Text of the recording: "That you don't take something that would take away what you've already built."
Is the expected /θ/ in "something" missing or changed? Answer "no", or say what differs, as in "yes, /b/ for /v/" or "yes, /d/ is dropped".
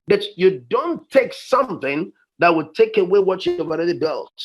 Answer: no